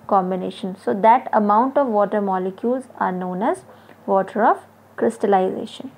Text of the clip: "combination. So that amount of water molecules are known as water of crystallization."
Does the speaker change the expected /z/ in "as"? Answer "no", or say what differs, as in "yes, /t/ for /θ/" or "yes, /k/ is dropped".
no